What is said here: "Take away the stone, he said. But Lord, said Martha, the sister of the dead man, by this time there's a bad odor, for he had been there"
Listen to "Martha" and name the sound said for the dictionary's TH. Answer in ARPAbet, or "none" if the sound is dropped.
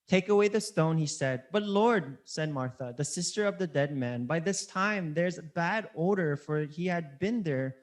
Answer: TH